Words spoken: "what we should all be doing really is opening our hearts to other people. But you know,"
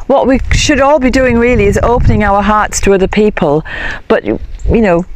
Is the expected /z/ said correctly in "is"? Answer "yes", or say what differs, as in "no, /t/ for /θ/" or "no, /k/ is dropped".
yes